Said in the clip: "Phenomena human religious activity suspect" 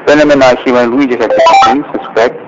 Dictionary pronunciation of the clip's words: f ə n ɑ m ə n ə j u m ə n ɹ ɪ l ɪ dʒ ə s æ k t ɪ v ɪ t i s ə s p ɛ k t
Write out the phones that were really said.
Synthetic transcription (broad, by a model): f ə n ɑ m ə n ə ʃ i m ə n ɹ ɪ i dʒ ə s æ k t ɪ ɪ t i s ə s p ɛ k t